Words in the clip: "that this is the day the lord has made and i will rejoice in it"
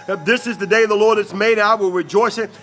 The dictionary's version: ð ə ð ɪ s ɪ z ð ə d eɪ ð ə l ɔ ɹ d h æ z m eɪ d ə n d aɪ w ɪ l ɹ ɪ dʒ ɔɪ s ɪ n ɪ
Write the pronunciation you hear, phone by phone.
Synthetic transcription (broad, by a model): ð ð ɪ s ɪ z ð ə d eɪ ð ə l ɔ ɹ d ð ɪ s m eɪ ə d aɪ w ɪ l ɹ ɪ dʒ ɔɪ s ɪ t